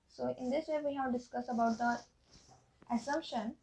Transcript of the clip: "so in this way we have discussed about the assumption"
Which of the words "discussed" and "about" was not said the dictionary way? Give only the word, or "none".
discussed